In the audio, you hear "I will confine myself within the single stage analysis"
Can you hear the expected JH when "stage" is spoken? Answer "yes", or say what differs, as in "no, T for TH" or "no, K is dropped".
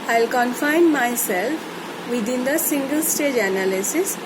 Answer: yes